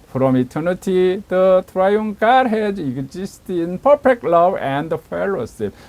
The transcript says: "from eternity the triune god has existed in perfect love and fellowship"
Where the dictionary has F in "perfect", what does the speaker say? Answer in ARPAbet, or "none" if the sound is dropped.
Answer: P